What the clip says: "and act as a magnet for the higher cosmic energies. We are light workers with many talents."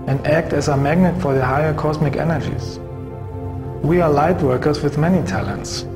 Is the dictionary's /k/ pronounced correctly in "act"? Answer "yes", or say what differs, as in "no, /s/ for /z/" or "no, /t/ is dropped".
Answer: yes